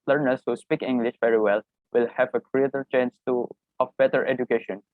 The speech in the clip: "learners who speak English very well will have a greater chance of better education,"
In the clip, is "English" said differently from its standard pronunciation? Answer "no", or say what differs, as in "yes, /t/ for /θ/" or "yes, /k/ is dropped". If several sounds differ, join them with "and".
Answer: no